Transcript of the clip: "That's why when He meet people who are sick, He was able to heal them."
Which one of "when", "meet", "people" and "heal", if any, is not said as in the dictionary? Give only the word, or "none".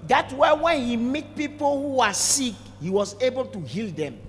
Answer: none